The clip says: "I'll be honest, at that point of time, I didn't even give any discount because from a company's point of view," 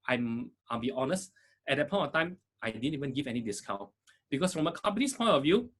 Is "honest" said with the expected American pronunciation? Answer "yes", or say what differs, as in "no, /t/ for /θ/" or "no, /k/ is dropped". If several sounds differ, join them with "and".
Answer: yes